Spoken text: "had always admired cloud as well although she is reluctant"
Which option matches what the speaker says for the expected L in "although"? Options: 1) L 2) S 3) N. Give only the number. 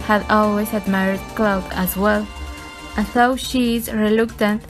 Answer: 3